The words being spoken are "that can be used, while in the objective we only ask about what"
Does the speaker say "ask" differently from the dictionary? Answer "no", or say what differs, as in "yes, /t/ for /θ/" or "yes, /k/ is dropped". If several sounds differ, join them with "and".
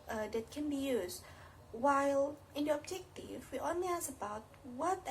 yes, /k/ is dropped